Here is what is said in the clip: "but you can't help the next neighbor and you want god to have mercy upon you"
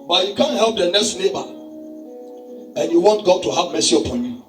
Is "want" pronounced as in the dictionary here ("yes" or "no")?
yes